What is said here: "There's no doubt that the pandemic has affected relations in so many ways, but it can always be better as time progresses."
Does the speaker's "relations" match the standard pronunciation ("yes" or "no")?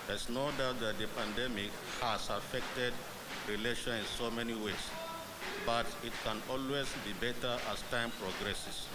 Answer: no